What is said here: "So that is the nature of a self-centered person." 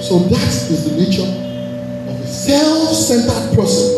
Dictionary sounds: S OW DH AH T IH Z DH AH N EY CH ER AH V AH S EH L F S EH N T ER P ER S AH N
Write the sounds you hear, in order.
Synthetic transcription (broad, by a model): S OW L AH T IH Z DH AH N EY CH ER AH V AH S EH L S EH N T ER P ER S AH